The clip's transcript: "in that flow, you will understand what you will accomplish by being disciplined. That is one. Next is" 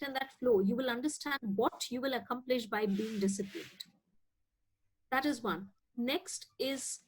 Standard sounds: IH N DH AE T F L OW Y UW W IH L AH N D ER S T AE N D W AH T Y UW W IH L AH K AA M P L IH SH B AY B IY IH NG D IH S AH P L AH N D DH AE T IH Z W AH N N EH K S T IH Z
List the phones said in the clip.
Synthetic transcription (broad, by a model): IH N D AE T F L OW Y UW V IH L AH N D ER S T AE N D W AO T Y UW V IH L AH K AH M P L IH SH B AY B IY IH NG D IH S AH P AH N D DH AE T IH Z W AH N N EH K S T IH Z